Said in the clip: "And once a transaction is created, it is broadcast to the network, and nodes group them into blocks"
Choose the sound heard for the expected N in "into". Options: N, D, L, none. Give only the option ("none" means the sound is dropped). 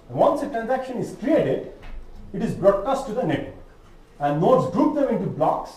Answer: N